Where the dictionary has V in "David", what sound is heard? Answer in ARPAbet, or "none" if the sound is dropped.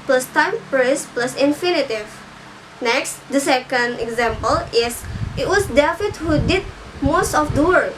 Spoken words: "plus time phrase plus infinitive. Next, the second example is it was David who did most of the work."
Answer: F